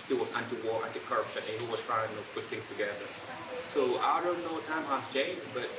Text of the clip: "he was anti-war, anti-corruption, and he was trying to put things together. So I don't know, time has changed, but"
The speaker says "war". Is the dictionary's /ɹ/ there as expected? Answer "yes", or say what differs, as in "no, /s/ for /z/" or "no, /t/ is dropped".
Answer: yes